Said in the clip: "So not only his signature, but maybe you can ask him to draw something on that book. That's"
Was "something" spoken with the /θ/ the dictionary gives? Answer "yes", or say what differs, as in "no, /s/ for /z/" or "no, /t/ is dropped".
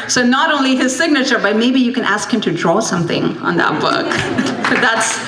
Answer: yes